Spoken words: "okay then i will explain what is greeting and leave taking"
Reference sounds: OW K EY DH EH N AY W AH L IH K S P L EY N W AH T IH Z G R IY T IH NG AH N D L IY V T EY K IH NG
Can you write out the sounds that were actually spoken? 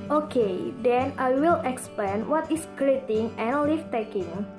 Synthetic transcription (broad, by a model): OW K EY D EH N AY W AH L IH K S P L EY N W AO T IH S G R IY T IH NG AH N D L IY F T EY K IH NG